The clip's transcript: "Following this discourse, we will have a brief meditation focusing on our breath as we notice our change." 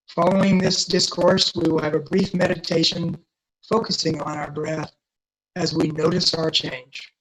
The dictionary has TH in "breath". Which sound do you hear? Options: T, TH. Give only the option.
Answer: TH